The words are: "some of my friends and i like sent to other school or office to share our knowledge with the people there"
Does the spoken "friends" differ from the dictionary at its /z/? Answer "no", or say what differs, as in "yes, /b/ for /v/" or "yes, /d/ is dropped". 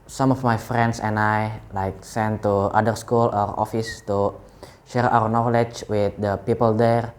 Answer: yes, /s/ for /z/